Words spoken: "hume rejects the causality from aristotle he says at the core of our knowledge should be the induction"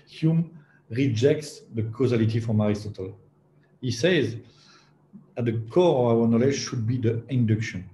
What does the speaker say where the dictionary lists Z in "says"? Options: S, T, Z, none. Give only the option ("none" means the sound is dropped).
Z